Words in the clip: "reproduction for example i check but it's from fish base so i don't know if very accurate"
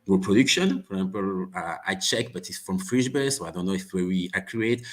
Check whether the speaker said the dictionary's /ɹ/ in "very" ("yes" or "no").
no